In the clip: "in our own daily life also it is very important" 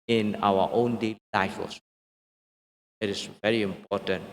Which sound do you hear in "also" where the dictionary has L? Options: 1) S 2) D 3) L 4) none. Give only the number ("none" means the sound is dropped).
4